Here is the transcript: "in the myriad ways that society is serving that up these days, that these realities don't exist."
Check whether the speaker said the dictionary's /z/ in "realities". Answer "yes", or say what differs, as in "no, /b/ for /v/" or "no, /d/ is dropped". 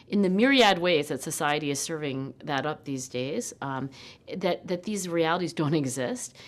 yes